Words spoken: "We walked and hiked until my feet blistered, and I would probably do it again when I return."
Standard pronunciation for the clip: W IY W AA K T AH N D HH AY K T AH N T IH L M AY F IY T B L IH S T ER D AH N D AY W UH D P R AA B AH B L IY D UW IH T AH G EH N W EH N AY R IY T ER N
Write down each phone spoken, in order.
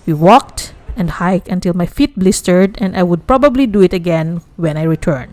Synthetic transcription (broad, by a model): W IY W AA K T AH N D HH AY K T AH N T IH L M AY F IY T B L IH S T ER D AH N D AY W UH D P R AA B AH B L IY D UW IH T AH G EH N W EH N AY R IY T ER N